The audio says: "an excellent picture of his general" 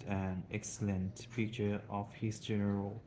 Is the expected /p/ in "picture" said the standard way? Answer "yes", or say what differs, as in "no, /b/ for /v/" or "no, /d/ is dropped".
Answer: no, /f/ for /p/